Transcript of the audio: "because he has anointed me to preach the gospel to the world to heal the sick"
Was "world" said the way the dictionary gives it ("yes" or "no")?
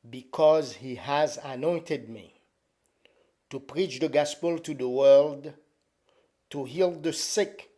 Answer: yes